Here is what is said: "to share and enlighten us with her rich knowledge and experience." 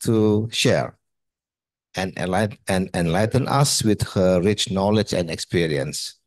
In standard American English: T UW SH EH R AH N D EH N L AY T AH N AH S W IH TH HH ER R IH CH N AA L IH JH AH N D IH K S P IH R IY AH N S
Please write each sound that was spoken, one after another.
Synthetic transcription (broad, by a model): T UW SH EH R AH N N EH N L AY T AH N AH S W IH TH HH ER R IH CH N AA L IH JH AH N D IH K S P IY R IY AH N S